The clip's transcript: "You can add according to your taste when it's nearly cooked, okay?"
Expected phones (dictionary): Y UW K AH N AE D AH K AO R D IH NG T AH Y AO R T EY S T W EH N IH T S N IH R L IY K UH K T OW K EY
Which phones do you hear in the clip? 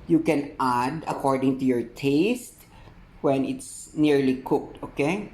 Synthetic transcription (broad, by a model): Y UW K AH N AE D AH K AO R D IH NG T AH Y AO R T EY S T W EH N IH T S N IH R L IY K UH K T OW K EY